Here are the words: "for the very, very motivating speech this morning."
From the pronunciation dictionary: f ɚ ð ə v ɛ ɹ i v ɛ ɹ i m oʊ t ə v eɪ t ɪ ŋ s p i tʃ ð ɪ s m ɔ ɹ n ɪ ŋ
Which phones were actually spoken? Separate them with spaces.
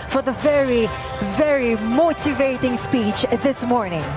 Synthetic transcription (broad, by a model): f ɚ ð ə v ɛ ɹ i v ɛ ɹ i m oʊ t ə v eɪ t ɪ ŋ s p i tʃ ð ɪ s m ɔ ɹ n ɪ ŋ